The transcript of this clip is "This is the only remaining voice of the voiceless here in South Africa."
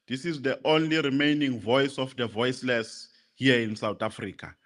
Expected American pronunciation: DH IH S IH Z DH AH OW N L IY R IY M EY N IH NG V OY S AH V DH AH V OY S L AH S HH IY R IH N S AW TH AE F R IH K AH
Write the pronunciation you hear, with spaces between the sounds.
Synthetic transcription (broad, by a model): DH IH S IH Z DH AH OW N L IY R IY M EY N IH NG V OY S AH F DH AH V OY S L AH S HH IY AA IH N S AW T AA F R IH K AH